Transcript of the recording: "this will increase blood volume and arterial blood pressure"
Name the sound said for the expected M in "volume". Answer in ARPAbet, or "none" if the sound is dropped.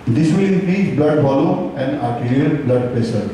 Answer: none